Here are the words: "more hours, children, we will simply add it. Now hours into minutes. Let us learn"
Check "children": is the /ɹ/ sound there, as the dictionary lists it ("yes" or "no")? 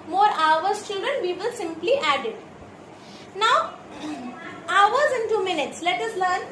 no